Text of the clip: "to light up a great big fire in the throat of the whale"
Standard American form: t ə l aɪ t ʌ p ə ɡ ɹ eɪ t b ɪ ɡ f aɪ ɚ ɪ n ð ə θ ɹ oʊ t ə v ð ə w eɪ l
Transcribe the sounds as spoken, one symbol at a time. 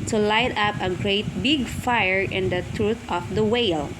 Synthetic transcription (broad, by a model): t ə l aɪ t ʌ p ə ɡ ɹ eɪ t b ɪ ɡ f aɪ ɚ ɪ n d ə t ɹ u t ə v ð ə w eɪ l